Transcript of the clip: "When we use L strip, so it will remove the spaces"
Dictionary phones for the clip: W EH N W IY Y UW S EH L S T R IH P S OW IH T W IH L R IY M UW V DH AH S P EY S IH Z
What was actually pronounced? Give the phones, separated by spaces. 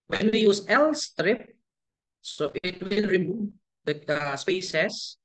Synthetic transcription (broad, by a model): W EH N W IY Y UW S EH L S T R IH P S OW IH T W IH L R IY M UW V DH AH S P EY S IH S